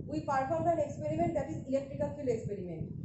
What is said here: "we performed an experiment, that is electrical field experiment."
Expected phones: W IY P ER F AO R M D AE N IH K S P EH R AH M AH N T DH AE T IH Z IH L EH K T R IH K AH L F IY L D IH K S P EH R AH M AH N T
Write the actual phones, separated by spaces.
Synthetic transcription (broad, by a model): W IY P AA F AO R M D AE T IH K S P EH R AH M AH N T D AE T IH Z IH L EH K T R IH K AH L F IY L IH K S P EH R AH M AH N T